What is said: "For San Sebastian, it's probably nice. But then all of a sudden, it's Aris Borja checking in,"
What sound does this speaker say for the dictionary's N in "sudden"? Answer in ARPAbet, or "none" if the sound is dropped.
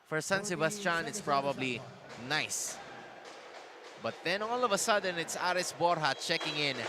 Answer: N